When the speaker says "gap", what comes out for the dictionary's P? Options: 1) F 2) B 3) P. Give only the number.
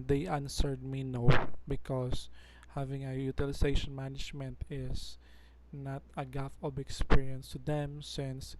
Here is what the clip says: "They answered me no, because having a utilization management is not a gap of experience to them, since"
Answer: 1